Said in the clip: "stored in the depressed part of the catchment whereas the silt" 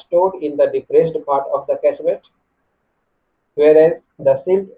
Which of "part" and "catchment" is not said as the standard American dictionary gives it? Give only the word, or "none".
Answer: catchment